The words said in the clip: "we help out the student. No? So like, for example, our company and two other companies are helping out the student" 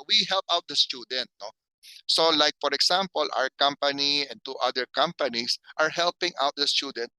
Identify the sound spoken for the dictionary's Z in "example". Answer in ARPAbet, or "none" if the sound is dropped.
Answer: S